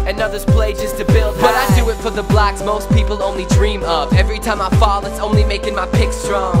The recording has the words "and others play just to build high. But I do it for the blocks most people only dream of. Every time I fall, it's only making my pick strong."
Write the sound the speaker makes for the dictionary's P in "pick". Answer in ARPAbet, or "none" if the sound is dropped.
P